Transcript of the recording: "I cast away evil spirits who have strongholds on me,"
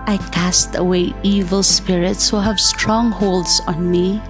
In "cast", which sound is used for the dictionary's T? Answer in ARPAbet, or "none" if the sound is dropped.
T